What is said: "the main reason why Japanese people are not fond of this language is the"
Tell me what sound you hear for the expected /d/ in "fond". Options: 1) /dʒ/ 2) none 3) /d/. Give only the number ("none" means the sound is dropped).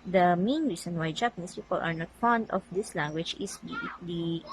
3